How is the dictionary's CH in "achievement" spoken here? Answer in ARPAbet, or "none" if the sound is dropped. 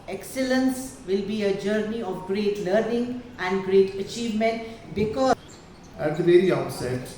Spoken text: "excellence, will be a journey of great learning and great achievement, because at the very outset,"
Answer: CH